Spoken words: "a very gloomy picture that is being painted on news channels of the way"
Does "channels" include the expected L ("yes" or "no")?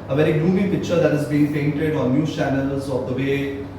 yes